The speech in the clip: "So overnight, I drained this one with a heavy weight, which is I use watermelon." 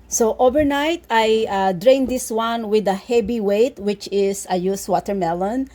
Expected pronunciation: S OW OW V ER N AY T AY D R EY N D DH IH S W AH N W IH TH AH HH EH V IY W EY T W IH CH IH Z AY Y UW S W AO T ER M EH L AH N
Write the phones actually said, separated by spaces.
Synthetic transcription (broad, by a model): S OW OW V ER N AY T AY D R EY N D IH S W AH N W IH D AH HH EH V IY W EY T W IH CH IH S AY Y UW S W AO T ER M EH L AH N